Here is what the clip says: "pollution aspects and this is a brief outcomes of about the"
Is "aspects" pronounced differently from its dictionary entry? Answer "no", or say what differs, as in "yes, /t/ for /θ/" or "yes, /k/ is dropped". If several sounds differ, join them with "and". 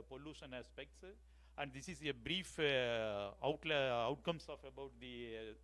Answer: no